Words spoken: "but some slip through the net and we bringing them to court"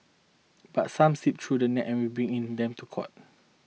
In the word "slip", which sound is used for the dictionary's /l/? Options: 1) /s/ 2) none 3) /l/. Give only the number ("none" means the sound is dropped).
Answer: 2